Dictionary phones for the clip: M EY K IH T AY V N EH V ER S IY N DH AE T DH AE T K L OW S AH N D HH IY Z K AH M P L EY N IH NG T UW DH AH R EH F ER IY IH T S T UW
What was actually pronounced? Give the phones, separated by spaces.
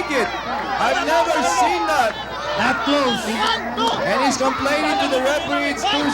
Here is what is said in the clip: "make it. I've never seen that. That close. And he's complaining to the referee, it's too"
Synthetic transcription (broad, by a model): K IH T AY V N EH V ER S IY N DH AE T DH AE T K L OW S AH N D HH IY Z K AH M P L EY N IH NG T UW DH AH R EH P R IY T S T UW